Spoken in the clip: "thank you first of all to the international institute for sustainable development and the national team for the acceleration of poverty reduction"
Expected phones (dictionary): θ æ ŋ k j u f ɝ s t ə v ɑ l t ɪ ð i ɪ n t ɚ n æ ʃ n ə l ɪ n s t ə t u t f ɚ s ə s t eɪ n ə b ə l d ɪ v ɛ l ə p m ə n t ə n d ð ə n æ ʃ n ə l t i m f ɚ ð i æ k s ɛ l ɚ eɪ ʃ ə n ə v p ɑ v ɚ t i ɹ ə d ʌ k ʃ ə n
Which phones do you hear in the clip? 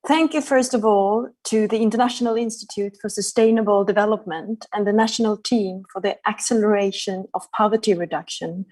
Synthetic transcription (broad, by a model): θ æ ŋ k j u f ɝ s t ə v ɑ l t ɪ ð i ɪ n t ɚ n æ ʃ n ə l ɪ n s t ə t u t f ɚ s ə s t eɪ n ə b ə l d ɪ v ɛ l ə p m ə n t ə n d ð ə n æ ʃ n ə l t i m f ɚ ð i æ k s ɛ l ɚ eɪ ʃ ə n ə v p ɑ v ɚ t i ɹ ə d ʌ k ʃ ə n